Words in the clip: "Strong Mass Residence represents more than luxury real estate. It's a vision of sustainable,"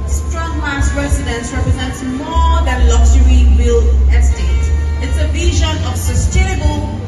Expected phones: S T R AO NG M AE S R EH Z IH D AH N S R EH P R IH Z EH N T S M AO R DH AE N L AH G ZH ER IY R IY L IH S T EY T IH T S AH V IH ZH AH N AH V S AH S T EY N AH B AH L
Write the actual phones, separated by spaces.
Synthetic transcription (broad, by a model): S T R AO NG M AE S R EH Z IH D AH N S R EH P R IH Z EH N T S M AO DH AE N L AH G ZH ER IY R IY L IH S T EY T IH T S AH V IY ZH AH N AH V S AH S T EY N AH B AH L